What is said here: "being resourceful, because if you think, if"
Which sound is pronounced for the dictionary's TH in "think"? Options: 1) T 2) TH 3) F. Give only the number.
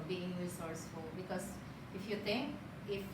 1